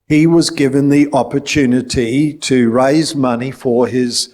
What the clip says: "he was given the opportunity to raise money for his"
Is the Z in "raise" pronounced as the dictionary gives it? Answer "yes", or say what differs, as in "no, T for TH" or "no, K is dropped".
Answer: yes